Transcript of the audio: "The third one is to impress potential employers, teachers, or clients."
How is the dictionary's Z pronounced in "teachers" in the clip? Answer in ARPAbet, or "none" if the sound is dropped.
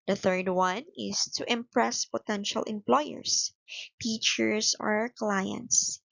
S